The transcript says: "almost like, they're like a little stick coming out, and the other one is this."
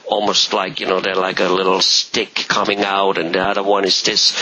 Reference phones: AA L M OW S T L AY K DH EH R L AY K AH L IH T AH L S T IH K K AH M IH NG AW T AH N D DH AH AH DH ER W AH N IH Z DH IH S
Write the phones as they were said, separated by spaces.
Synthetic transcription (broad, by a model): AA L M OW S T L AY K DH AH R L AY K AH L IH T L S T IH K K AH M IH NG AW T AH N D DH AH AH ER W AH N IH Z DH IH S